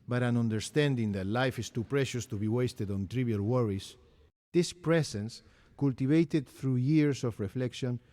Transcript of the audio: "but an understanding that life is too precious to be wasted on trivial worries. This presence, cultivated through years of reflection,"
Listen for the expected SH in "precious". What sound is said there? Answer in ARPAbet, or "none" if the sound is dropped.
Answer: SH